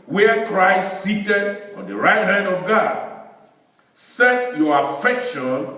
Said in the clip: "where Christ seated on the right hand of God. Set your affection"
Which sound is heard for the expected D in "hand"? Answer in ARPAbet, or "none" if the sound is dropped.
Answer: D